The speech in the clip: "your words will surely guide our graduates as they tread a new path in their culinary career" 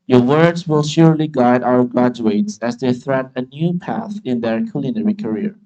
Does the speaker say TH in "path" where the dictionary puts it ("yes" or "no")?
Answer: yes